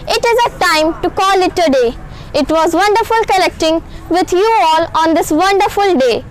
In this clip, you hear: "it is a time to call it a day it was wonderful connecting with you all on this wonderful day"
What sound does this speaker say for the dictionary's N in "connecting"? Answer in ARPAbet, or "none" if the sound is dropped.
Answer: L